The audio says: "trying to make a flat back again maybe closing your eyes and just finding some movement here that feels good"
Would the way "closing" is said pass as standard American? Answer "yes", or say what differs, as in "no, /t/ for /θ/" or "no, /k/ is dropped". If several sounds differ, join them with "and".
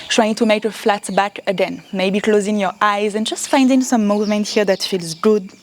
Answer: yes